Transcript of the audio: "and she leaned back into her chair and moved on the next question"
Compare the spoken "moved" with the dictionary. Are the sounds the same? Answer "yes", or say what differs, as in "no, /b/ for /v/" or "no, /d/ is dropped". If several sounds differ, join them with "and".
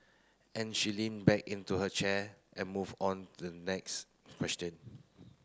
no, /d/ is dropped